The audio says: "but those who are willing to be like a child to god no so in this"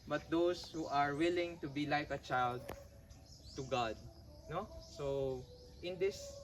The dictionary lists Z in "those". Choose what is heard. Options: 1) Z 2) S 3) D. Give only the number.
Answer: 2